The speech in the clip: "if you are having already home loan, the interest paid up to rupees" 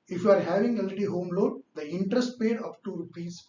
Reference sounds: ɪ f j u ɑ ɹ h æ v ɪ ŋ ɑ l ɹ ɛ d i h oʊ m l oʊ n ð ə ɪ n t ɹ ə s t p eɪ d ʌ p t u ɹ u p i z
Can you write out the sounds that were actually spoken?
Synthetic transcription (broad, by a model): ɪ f j u ɑ ɹ h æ v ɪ ŋ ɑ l ɛ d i h oʊ m l oʊ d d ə ɪ n t ɹ ə s t p eɪ d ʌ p t u ɹ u p i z